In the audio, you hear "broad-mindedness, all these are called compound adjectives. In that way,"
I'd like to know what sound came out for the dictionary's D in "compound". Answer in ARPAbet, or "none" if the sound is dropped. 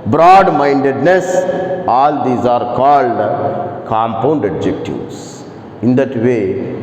D